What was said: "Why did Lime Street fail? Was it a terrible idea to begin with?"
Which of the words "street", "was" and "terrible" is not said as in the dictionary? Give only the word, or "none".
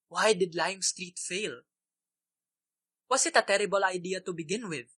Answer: was